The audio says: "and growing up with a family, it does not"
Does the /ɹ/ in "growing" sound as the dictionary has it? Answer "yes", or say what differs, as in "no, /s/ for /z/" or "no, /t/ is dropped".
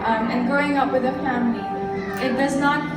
no, /ɹ/ is dropped